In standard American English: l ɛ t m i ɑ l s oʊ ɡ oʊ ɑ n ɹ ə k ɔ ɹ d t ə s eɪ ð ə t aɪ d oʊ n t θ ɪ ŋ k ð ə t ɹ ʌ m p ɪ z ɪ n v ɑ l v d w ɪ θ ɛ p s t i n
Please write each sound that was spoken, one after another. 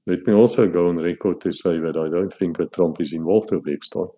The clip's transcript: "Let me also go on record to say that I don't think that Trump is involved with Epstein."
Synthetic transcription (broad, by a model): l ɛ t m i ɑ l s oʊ ɡ oʊ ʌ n ɹ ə k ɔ ɹ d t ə s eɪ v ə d aɪ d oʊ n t f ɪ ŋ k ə t ɹ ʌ m p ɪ s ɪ n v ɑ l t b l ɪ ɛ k s t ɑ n